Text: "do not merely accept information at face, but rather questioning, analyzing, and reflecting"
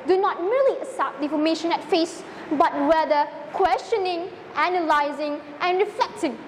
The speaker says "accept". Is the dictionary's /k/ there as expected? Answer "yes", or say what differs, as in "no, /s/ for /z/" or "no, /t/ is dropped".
no, /k/ is dropped